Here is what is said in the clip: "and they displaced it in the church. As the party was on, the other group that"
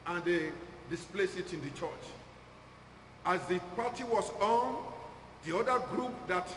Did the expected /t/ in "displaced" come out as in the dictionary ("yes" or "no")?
no